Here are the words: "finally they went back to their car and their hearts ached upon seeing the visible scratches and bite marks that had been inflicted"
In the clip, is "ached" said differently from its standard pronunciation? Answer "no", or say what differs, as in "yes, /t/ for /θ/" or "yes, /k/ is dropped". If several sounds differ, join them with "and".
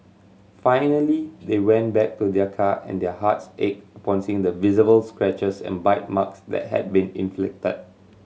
yes, /t/ is dropped